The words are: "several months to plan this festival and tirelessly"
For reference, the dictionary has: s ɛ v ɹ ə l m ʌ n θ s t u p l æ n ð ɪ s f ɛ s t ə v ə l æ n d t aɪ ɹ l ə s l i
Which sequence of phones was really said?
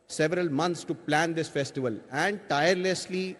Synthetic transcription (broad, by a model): s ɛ v ɹ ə l m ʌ n t s t u p l æ n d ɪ s f ɛ s t ə v ə l æ n d t aɪ ɹ l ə s l i